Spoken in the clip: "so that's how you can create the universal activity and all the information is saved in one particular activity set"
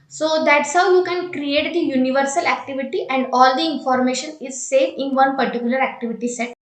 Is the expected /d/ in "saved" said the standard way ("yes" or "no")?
no